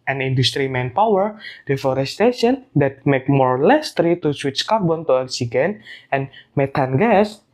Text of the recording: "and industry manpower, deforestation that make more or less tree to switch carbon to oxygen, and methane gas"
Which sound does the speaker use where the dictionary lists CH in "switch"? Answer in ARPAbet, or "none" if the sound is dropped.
CH